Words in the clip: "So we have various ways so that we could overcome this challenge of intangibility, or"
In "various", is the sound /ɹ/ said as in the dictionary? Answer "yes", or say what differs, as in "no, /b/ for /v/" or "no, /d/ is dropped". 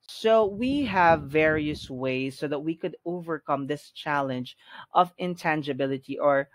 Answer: yes